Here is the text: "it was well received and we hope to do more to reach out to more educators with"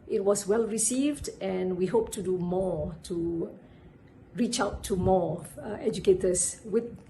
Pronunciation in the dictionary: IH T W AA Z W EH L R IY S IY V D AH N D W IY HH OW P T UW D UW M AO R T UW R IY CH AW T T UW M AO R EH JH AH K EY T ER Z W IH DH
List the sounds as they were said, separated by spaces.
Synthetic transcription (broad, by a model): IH T W AA S W EH L R IY S IY V D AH N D W IY HH OW P T UW D UW M AO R T UW R IY CH AW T T UW M AO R EH JH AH K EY T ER S W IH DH